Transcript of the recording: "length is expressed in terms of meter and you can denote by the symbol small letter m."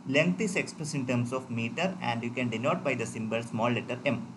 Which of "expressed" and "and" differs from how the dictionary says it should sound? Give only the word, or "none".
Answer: expressed